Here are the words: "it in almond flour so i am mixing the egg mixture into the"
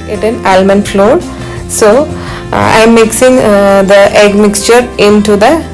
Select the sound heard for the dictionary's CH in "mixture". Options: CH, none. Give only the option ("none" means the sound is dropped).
CH